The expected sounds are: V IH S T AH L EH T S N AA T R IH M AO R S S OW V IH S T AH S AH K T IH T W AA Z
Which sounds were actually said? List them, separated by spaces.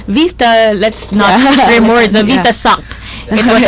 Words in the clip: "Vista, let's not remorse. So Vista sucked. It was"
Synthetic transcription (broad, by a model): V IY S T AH L EH T S N AA T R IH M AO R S S OW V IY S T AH S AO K IH T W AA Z